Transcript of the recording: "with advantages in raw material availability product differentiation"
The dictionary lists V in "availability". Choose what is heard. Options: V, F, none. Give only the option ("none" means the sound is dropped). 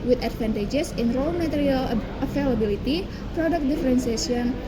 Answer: F